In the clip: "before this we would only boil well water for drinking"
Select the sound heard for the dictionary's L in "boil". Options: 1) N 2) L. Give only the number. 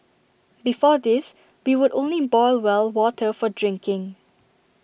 2